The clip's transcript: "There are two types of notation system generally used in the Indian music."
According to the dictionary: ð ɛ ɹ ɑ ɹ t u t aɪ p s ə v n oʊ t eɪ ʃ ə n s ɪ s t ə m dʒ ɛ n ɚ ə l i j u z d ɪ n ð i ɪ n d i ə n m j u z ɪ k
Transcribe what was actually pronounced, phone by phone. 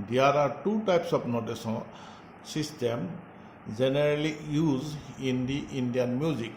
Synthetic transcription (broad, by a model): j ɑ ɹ ɑ ɹ t u t aɪ p s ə p n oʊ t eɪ s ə s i s t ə m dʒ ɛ n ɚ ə l i j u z ɪ n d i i n d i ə n m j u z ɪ k